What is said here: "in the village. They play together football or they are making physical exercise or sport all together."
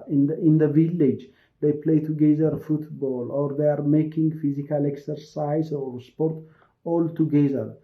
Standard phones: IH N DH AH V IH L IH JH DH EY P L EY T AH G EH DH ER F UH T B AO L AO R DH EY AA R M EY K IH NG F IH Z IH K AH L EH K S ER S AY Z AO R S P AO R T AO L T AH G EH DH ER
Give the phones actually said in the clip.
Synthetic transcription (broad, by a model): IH N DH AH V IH L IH JH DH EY P L EY T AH G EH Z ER F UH T B AO L AO R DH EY AA R M EY K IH NG F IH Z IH K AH L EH K S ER S AY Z AO R S P AO R T AO L T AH G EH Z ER